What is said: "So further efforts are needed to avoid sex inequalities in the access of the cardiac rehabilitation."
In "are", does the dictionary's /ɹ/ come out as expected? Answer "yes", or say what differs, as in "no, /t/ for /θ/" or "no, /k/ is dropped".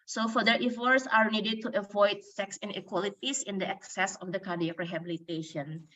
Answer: yes